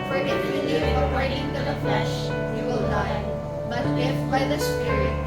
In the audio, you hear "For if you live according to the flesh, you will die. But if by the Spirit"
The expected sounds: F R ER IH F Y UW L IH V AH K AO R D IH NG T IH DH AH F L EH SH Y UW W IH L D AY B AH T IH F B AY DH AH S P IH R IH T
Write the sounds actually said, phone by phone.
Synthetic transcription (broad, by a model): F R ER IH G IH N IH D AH AO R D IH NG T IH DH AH F L EH SH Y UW W IH L D AY B AH T IH F B AY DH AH S P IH R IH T